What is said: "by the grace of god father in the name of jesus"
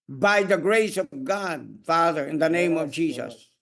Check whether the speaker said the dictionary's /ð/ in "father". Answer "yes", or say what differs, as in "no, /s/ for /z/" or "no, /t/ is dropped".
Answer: yes